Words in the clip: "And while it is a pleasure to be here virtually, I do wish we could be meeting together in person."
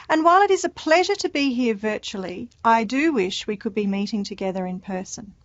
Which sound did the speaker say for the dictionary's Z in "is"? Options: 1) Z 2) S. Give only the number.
1